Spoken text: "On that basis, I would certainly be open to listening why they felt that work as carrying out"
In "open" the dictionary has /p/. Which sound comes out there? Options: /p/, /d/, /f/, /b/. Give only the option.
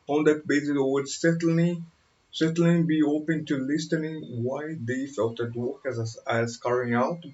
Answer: /p/